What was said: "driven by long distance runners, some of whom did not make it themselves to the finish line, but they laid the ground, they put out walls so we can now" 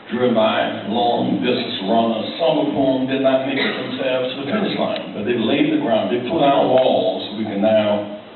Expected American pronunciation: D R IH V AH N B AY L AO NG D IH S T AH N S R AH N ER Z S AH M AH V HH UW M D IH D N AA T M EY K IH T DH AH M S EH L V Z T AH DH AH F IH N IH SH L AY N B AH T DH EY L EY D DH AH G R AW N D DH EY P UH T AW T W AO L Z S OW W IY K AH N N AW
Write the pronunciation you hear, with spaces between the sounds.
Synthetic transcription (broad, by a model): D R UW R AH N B AY L AO NG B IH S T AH S R AH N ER S AH M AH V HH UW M D IH D N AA T M EY K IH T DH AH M S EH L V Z T AH DH AH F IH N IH S L AY N B AH T DH EY L EY D DH AH G R AW N D DH EY P UH T AW T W AO L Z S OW W IY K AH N N AW